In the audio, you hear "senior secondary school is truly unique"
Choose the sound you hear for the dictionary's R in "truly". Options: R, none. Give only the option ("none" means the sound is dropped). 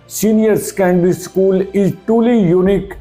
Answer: none